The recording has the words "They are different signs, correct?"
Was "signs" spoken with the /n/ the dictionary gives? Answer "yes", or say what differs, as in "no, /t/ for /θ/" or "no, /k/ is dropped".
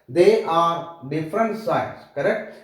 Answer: no, /n/ is dropped